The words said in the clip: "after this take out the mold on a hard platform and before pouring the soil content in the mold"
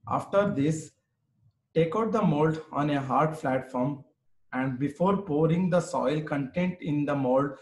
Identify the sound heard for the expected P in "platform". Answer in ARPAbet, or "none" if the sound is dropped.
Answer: F